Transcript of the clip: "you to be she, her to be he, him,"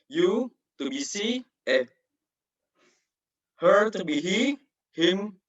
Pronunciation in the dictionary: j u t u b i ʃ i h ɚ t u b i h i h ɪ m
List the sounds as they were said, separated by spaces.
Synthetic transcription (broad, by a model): j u t u b i s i h ɚ t u b i h i h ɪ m